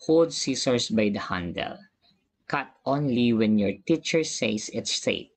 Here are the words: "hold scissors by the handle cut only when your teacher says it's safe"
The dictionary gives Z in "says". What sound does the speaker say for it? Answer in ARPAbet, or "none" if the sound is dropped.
S